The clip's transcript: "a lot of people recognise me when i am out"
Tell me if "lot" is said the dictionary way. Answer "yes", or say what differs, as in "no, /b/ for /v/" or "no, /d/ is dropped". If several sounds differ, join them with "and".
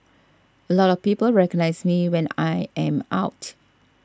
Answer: yes